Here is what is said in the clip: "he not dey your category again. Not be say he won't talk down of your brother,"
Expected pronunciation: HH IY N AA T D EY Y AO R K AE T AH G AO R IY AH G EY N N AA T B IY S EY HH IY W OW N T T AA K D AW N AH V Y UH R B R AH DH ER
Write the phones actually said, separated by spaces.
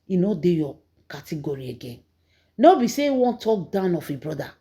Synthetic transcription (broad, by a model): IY N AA D EY Y AO K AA T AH G AO R IY AH G EY N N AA B IY S EY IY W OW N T T AA K D AW N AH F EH B R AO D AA